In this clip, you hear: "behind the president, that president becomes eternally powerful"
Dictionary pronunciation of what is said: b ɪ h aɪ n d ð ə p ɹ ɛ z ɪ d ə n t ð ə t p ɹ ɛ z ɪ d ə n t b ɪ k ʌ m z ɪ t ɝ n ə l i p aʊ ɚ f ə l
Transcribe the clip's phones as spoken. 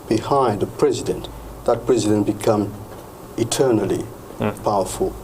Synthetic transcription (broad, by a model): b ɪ h aɪ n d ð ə p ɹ ɛ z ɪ d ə n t ð ə t p ɹ ɛ z ɪ d ə n t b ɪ k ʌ m ɪ t ɝ n ə l i p aʊ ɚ f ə l